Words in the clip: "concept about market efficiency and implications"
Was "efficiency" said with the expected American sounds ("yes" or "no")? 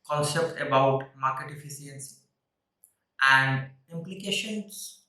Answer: no